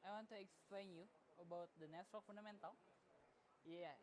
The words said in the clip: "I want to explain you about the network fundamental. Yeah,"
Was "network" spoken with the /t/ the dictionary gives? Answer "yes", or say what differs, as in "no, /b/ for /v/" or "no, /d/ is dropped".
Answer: no, /s/ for /t/